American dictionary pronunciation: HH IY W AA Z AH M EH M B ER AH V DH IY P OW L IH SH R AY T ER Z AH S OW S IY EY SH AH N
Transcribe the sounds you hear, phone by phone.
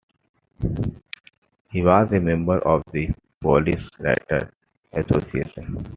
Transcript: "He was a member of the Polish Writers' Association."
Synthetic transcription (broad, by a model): HH IY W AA Z AH M EH M B ER AH V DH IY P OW L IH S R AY T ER AH S OW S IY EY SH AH N